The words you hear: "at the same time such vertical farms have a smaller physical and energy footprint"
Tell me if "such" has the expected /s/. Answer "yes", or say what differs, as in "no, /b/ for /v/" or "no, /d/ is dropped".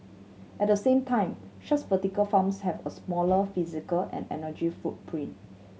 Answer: no, /ʃ/ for /s/